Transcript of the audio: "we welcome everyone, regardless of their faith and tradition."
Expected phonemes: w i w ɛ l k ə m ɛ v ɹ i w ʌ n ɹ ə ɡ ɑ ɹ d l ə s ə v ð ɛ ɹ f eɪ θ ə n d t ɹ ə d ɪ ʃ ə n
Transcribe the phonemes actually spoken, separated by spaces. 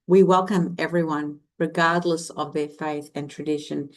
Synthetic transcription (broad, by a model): w i w ɛ l k ə m ɛ v ɹ i w ʌ n ɹ ə ɡ ɑ ɹ d l ə s ə v ð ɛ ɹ f eɪ θ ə n t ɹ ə d ɪ ʃ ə n